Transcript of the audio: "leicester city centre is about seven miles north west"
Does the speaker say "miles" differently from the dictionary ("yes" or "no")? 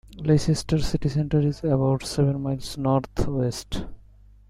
yes